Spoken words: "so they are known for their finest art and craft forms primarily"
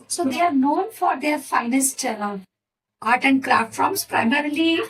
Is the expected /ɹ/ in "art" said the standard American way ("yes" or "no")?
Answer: no